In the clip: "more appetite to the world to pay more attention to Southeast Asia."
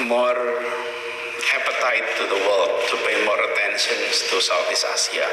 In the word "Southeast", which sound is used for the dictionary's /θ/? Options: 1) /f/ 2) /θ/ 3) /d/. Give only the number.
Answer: 1